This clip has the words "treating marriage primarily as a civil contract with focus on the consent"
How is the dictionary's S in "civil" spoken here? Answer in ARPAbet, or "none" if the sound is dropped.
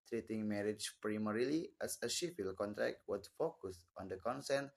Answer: SH